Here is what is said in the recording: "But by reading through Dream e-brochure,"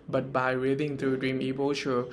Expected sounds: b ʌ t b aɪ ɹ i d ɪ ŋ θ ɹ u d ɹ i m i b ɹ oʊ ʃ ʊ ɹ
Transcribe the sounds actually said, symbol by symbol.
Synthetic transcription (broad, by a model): b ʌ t b aɪ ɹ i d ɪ ŋ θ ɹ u d ɹ i m i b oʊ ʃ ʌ